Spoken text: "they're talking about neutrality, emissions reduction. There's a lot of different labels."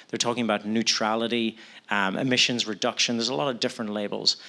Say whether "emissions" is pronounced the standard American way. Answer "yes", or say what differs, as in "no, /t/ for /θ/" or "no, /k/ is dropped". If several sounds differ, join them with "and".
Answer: yes